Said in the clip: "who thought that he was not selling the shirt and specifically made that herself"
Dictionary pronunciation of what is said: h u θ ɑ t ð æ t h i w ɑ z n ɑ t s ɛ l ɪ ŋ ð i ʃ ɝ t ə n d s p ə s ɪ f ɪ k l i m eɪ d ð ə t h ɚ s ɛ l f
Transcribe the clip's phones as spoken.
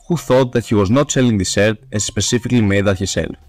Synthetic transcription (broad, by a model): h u θ ɑ t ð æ t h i w ɑ z n ɑ t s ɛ l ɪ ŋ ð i s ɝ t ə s s p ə s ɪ f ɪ k l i m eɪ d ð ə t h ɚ s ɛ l